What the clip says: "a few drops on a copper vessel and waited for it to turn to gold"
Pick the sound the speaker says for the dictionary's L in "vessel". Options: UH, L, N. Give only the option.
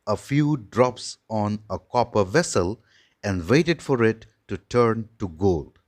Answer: L